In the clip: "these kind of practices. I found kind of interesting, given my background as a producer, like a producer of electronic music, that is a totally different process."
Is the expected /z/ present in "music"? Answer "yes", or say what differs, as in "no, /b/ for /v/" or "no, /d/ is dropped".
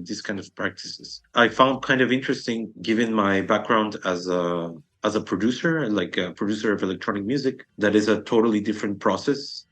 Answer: yes